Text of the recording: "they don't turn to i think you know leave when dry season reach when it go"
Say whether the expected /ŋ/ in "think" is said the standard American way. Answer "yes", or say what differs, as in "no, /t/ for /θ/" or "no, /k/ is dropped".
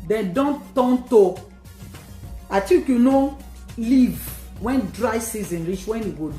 no, /ŋ/ is dropped